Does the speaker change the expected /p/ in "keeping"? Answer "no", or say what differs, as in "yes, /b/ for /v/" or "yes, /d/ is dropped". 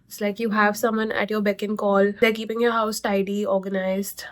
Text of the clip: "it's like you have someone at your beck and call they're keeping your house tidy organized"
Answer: no